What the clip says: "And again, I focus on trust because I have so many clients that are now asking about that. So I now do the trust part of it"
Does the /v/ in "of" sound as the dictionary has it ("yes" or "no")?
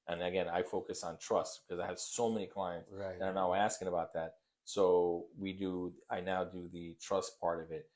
yes